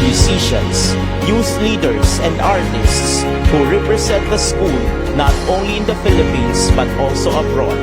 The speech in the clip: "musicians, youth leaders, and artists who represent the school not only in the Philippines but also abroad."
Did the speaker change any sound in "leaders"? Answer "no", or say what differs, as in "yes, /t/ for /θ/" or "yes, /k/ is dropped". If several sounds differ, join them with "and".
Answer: yes, /s/ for /z/